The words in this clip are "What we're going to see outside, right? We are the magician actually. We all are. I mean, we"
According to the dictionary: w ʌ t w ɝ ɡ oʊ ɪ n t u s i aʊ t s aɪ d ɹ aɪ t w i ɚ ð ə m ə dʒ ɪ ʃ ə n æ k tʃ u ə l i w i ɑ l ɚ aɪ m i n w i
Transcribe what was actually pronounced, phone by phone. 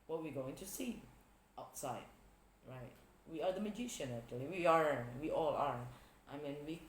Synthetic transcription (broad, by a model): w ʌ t w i ɡ oʊ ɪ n t u s i aʊ t s aɪ d ɹ aɪ t w i ɚ ð ə m ə dʒ ɪ ʃ ə n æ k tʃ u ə w i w i ɑ l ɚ aɪ m i n w i